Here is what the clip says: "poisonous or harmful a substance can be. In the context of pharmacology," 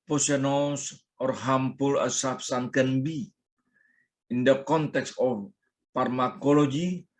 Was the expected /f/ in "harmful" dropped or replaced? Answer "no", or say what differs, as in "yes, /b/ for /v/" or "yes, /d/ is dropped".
yes, /p/ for /f/